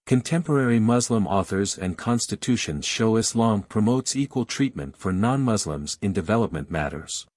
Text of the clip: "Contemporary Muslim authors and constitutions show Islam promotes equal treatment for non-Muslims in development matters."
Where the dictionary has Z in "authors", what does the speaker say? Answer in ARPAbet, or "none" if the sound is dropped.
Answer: Z